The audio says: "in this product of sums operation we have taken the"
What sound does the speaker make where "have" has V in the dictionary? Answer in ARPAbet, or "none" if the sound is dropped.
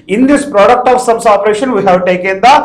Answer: W